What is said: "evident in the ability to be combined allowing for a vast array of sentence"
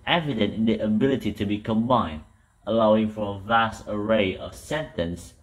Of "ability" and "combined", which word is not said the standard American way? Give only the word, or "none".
none